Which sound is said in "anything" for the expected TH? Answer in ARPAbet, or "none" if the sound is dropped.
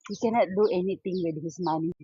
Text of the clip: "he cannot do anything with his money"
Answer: T